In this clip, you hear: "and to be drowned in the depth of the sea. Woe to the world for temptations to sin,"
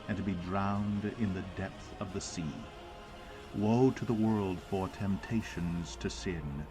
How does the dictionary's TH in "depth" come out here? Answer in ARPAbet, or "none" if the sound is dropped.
TH